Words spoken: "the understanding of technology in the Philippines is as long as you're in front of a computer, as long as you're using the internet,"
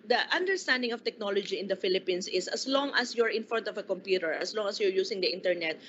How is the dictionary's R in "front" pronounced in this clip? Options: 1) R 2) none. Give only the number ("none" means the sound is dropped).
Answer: 2